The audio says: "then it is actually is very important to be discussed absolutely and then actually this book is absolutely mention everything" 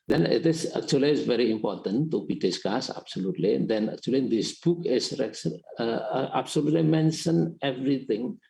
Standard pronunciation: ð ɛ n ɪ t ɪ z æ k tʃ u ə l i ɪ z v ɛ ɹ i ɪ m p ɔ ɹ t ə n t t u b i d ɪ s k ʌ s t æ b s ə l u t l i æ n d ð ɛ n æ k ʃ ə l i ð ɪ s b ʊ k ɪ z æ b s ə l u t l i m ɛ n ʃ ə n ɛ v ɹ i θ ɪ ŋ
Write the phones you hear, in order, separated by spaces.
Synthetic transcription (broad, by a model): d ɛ n ɪ t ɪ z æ k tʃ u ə l i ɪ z v ɛ ɹ i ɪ m p ɔ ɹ t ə n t t u b i d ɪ s k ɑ s æ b s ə l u t l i n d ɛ n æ k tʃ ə l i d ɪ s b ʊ k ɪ s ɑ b s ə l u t l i m ɛ n ʃ ə n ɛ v ɹ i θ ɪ ŋ